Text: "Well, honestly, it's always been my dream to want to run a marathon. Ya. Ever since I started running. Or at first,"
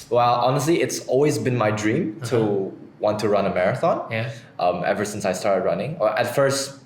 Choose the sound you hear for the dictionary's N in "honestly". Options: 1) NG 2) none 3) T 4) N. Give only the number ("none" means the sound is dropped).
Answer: 4